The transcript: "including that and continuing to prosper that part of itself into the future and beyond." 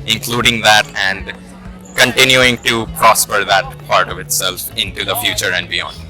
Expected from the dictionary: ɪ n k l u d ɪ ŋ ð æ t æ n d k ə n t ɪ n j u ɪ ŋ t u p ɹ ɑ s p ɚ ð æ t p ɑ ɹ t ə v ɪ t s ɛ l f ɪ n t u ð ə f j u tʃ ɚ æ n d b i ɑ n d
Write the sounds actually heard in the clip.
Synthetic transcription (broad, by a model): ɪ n k l u d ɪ ŋ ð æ t æ n d k ə n t ɪ n j u ɪ ŋ t u p ɹ ɑ s p ɚ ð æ t p ɑ ɹ t ə v ɪ t s ɛ l f ɪ n t u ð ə f j u tʃ ɚ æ n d b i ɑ n d